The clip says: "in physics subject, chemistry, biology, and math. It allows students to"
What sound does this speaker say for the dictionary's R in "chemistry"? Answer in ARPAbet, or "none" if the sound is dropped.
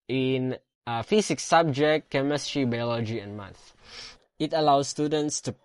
R